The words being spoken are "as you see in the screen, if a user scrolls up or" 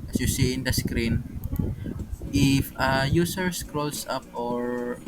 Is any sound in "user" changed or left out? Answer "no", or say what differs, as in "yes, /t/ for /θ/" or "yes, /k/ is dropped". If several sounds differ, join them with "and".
yes, /s/ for /z/